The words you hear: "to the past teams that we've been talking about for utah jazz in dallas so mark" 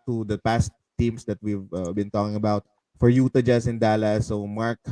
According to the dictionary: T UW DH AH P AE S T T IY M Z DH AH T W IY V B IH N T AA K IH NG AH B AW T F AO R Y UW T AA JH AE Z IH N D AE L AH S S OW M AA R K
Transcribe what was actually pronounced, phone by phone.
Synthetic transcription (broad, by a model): T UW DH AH P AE S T T IY M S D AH T W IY V B IH N T AA K IH NG AH B AW T F AO R Y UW T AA JH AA S IH N D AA L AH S S OW M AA R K